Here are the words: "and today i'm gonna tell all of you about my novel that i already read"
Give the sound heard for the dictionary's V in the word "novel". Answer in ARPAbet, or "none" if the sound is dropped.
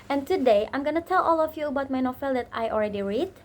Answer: F